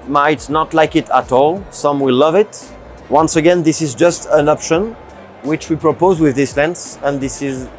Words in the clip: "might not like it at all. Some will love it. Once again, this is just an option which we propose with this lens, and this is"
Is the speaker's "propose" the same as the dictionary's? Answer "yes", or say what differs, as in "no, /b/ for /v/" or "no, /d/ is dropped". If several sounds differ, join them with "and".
yes